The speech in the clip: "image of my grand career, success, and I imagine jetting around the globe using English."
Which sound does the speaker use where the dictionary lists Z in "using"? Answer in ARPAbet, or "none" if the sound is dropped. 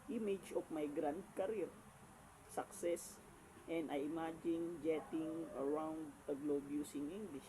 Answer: S